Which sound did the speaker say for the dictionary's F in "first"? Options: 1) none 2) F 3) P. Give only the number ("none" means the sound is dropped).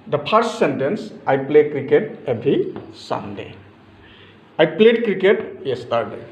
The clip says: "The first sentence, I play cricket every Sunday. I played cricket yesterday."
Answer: 3